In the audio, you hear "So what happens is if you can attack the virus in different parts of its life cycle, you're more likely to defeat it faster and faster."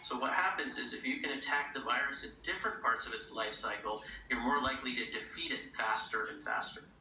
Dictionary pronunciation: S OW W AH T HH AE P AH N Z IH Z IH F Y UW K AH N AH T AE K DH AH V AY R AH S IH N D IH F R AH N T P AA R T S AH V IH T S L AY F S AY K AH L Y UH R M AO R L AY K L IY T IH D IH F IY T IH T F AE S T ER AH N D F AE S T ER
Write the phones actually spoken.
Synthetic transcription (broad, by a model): S OW W AH T HH AE P AH N Z IH Z IH F Y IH K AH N AH T AE K DH AH V AY R AH S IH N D IH F R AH N P AA R T S AH V IH T S L AY F S AY K L Y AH R M AO R L AY K L IY T IH D IH F IY T IH T F AE S T ER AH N F AE S T ER